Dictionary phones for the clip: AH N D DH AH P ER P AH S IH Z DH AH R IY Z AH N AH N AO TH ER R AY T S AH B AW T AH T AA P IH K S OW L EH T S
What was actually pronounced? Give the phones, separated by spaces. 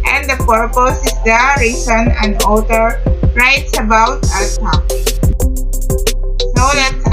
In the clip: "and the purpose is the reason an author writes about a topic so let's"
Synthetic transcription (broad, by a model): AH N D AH P ER P AH S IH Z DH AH R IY S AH N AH N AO T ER R AY T S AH B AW AH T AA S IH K S OW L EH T